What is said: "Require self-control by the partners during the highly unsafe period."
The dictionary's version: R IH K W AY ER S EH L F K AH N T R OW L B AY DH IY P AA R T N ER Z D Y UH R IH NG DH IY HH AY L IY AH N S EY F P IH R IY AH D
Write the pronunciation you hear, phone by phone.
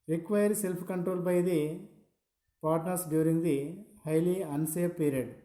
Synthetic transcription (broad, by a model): R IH K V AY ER S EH L P K AH N T R OW L B AY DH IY P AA R T N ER S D Y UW R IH NG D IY HH AY L IY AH N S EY P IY R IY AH D